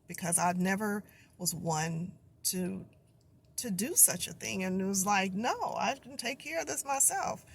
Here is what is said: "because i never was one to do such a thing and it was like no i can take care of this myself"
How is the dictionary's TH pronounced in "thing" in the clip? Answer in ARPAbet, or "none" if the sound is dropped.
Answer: TH